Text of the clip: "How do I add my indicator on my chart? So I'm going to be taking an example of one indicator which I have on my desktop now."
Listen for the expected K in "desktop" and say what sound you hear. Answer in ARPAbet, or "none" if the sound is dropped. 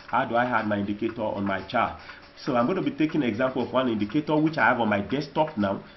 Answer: none